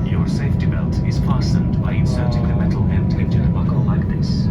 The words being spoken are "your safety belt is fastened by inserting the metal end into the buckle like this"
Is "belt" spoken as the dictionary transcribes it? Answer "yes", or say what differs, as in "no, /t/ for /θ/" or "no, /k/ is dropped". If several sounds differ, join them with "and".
yes